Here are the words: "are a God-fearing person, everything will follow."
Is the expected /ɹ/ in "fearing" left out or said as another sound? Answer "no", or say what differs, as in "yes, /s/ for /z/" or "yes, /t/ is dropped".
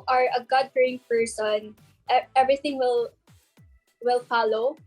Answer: yes, /ɹ/ is dropped